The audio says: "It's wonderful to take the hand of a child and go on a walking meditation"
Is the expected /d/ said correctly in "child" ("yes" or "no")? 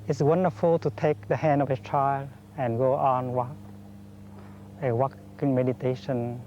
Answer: no